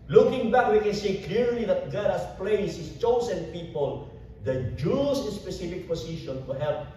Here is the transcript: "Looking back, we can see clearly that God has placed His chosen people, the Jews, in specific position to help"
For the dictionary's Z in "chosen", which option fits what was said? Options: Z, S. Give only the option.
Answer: S